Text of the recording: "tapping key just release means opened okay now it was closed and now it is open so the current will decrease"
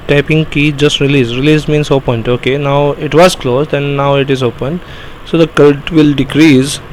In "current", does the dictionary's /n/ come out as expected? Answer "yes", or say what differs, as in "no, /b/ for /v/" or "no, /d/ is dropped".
no, /l/ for /n/